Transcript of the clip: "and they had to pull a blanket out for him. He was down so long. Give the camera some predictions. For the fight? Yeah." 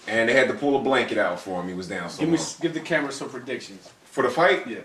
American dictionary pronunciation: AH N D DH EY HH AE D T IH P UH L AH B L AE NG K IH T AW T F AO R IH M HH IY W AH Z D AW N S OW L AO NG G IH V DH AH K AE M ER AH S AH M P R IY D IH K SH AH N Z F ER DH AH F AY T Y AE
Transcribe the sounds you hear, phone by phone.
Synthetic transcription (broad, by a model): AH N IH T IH D T IH P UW L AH B L AE NG K IH T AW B F AO R IH M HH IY W AH Z D AW N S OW W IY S G IH V DH AH K AE M ER AH S AH M P R IY D IH K SH AH N Z F ER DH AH F AY T Y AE